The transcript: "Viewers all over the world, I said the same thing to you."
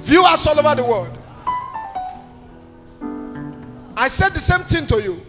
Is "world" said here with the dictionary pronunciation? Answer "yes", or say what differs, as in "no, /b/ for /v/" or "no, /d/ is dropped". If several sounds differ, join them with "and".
no, /l/ is dropped